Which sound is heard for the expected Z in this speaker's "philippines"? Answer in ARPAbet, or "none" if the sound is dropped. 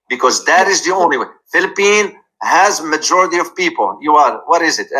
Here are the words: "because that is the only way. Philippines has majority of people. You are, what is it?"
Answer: none